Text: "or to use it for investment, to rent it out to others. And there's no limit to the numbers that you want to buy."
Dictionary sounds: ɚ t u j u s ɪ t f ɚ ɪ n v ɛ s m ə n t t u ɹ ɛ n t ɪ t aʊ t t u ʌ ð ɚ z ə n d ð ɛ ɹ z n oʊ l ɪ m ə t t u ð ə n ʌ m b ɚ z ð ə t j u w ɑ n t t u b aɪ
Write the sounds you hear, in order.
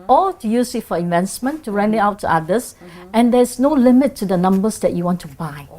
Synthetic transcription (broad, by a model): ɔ t u j u s ɪ t f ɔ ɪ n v ɛ s m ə n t t u ɹ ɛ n ɪ t aʊ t t u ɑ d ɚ s ə n d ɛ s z n oʊ l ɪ m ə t t u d ə n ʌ m b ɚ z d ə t j u w ɑ n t t u b aɪ